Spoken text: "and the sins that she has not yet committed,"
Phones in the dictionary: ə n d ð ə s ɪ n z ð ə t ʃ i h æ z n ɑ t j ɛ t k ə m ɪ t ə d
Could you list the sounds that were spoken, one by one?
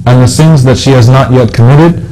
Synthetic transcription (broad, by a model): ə n ð ə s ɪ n z ð ə t ʃ i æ z n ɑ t j ɛ t k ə m ɪ t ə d